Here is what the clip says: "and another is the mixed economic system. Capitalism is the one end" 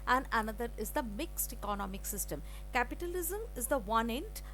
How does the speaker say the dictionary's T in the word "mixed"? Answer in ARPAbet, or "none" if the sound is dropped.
T